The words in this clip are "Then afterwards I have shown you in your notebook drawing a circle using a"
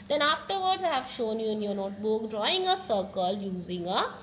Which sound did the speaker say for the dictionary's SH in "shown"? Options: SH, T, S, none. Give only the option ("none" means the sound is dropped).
SH